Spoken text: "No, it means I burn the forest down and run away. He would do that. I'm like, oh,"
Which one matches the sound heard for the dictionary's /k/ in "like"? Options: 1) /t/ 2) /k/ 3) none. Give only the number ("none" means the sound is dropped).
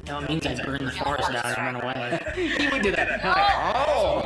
3